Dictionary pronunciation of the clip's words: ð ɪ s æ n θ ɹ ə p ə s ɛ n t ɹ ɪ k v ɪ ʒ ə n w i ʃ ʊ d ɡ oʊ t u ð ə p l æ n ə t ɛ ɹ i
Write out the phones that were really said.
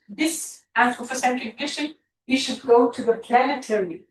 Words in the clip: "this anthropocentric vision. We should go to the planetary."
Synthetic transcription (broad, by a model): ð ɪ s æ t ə f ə s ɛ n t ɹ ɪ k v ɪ ʃ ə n w i ʃ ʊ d ɡ oʊ t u ð ə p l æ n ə t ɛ ɹ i